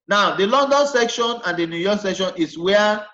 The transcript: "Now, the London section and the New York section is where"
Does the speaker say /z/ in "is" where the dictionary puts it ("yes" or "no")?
no